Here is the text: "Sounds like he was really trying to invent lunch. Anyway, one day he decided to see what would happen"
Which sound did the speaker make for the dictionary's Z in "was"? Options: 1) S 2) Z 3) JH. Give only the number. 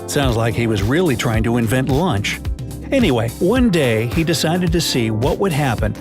2